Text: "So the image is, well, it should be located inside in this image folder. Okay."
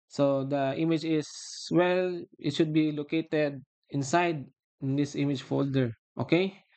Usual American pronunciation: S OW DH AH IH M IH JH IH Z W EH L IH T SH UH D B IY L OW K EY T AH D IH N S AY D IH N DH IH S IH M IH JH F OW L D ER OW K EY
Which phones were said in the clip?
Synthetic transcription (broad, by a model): S OW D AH IH M IH JH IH S W EH L IH T SH UH D B IY L OW K EY T AH D IH N S AY D IH N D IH S IH M IH JH F OW L D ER OW K EY